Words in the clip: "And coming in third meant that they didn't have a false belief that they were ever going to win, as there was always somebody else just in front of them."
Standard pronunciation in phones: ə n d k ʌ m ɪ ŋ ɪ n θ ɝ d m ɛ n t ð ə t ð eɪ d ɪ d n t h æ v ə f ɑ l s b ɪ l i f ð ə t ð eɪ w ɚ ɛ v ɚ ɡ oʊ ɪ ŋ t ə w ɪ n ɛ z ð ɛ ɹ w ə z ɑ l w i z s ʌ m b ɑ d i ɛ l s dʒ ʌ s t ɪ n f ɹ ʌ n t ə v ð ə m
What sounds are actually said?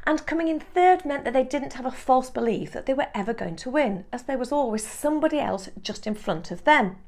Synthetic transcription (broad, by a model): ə n k ʌ m ɪ ŋ ɪ n θ ɝ d m ɛ n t ð ə t ð eɪ d ɪ d n t h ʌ v ə f ɑ l s b ɪ l i f ð ə t ð eɪ w ɚ ɛ v ɚ ɡ oʊ ɪ ŋ t ə w ɪ n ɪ z ð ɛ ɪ w ə z ɑ l w i z s ʌ m b ɑ d i ɛ l s dʒ ʌ s t ɪ n f ɹ ʌ n t ə v ð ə m